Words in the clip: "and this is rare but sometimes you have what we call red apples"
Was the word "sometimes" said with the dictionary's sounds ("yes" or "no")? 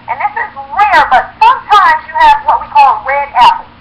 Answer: yes